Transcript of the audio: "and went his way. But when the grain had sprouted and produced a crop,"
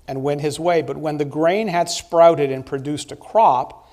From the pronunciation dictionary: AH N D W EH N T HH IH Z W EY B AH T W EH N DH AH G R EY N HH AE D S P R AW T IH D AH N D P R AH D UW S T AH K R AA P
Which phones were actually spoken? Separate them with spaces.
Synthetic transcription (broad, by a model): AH N W EH N T HH IH Z W EY B AH T W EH N DH AH G R EY N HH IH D S P R AW T IH D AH N P R AH D UW S T AH K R AA P